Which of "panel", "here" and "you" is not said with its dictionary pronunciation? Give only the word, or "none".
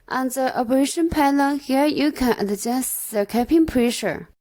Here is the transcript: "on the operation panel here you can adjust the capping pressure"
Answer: panel